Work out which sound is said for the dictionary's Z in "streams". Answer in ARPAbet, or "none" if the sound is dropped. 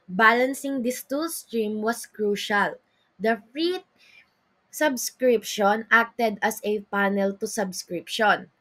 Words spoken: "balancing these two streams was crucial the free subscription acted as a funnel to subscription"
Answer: none